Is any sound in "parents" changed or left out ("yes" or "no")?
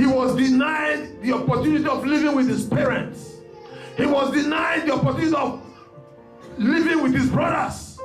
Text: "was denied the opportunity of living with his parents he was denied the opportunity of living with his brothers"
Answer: no